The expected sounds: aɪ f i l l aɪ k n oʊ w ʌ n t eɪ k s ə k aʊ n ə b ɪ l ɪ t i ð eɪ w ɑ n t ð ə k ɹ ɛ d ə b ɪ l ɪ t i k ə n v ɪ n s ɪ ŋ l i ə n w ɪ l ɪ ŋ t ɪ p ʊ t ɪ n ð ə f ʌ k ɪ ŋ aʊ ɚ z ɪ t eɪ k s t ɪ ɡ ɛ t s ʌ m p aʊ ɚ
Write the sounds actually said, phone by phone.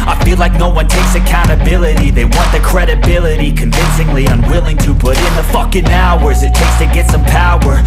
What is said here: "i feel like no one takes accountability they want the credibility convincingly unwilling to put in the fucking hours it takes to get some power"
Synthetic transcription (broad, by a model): aɪ f i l l aɪ k n oʊ w ʌ n t eɪ k s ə k aʊ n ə b ɪ l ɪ t i ð eɪ w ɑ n ð ə k ɹ ɛ d ə b ɪ l ɪ t i k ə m v ɪ n s ɪ ŋ l i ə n w ɪ l ɪ ŋ t ɪ p ʊ t ɪ n ð ə f ʌ k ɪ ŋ aʊ ɚ z ɪ t eɪ k s t ɪ ɡ ɛ t s ʌ m p aʊ ɚ